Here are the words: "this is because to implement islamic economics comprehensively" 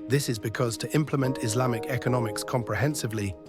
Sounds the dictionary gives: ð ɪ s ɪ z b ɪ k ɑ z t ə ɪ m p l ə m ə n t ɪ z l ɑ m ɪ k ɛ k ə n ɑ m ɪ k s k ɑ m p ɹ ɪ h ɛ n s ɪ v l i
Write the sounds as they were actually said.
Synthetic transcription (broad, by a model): ð ɪ s ɪ z b ɪ k ɑ z t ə ɪ m p l ə m ə n t ɪ z l ɑ m ɪ k ɛ k ə n ɑ m ɪ k s k ɑ m p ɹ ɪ h ɛ n s ɪ v l i